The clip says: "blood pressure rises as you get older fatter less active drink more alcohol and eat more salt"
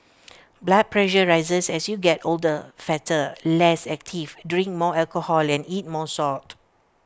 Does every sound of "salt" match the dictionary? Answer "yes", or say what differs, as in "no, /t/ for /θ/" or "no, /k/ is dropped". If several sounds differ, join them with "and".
no, /l/ is dropped